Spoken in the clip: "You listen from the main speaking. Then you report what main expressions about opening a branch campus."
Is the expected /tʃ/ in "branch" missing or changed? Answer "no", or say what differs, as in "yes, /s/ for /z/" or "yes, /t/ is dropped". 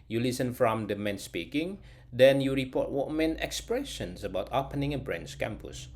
yes, /s/ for /tʃ/